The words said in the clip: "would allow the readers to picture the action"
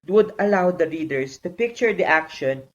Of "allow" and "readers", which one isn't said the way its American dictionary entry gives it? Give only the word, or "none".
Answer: readers